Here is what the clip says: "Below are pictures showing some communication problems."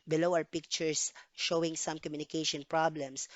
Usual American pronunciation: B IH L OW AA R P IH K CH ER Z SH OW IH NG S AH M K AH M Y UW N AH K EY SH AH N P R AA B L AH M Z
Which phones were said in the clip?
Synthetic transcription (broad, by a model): B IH L OW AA W P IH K CH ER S SH OW IH NG S AH M K AH M Y UW N AH K EY SH AH N P R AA B L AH M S